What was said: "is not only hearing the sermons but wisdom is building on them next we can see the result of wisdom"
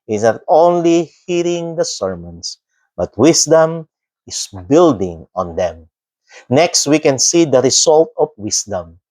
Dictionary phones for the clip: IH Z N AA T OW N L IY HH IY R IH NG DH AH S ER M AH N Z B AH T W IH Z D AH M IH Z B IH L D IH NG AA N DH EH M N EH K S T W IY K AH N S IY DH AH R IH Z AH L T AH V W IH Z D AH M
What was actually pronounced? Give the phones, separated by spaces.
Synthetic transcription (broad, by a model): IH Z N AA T OW N L IY HH IY R IH NG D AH S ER M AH N S B AH T W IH S D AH M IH S B IH L D IH NG AA N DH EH M N EH K S T W IY K AH N S IY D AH R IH S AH L T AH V W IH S D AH M